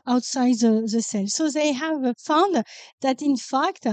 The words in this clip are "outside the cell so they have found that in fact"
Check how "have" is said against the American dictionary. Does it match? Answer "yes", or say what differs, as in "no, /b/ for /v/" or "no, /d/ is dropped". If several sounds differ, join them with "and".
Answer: yes